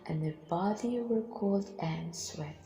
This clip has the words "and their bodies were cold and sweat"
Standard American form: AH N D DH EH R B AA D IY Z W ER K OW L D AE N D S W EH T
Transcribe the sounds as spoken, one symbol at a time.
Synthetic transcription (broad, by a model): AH N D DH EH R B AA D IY W ER K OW L D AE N S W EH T